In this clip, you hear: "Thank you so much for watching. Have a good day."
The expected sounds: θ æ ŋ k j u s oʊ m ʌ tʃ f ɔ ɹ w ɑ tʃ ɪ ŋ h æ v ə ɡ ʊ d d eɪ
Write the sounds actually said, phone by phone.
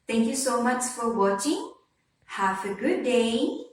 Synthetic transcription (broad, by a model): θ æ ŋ k j u s oʊ m ʌ tʃ f ɔ ɹ w ɑ tʃ ɪ ŋ h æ f ə ɡ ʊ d d eɪ